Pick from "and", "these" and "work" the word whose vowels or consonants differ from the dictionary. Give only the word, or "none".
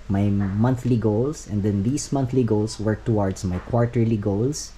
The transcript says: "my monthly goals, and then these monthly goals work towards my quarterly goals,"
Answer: these